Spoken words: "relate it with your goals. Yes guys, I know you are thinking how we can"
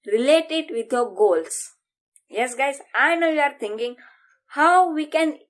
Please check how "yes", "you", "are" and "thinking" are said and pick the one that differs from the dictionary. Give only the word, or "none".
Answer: thinking